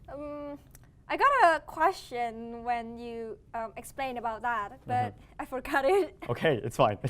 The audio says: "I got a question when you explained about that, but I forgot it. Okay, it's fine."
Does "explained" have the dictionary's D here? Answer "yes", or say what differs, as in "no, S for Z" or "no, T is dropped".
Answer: no, D is dropped